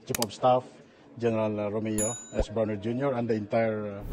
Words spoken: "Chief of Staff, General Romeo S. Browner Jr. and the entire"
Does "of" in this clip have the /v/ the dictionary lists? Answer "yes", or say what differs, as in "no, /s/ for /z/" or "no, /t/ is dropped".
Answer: no, /p/ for /v/